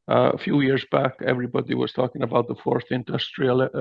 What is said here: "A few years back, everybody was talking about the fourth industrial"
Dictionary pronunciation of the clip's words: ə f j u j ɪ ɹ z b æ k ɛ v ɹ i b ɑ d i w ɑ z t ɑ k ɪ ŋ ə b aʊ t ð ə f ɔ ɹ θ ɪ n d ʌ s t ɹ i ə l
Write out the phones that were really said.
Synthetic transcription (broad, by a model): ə f j u j ɪ ɹ z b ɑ k ɛ v ɹ i b ɑ d i w ɑ z t ɑ k ɪ ŋ ə b aʊ t ð ə f ɔ ɹ θ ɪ n d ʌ s t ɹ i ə l